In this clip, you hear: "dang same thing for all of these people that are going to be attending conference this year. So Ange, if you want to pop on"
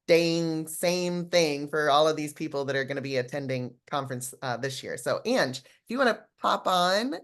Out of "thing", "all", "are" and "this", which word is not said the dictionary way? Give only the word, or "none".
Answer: none